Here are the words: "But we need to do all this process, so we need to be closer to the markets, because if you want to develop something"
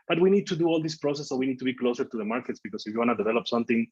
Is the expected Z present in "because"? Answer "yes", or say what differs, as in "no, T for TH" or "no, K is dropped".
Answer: no, S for Z